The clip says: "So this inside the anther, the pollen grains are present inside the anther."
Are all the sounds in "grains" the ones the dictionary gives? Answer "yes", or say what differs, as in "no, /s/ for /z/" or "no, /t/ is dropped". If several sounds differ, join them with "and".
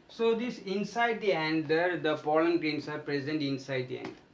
no, /s/ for /z/